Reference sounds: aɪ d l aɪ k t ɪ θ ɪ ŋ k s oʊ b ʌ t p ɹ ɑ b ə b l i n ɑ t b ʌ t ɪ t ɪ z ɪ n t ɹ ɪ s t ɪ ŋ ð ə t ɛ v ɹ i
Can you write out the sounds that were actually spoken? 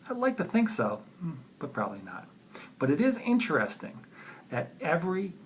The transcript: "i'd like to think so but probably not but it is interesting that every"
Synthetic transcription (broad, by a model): aɪ d l aɪ k t ɪ θ ɪ ŋ k s oʊ b ʌ t p ɹ ɑ b ə b l i n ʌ t b ʌ t ɪ t ɪ z ɪ n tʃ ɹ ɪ s t ɪ ŋ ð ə t ɛ v ɹ i